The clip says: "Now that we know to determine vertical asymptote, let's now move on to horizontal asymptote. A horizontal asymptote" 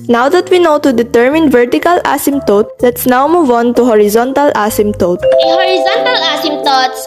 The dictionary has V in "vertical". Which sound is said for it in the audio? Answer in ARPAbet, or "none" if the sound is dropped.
V